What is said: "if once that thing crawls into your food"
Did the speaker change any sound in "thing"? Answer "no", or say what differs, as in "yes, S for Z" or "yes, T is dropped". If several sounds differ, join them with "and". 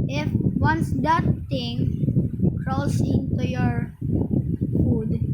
yes, T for TH